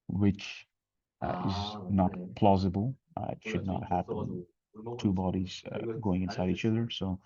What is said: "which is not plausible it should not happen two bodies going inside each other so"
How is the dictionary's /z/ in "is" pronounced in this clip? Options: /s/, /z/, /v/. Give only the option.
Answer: /z/